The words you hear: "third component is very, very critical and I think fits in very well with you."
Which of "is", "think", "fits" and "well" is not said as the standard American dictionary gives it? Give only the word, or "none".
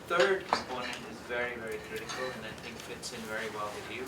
none